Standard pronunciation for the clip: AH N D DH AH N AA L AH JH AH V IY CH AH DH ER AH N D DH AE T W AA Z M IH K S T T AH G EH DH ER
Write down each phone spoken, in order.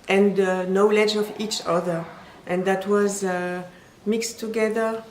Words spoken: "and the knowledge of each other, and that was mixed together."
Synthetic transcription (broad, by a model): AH N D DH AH N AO L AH JH AH V IY CH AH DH ER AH N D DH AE T W AA Z M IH K S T T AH G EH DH ER